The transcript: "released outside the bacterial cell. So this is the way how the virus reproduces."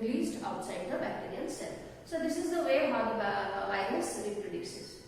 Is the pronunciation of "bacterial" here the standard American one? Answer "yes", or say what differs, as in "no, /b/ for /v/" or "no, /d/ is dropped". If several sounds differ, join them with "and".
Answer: no, /n/ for /l/